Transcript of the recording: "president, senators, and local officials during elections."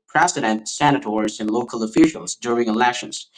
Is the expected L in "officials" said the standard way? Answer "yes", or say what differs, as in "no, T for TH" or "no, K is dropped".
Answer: yes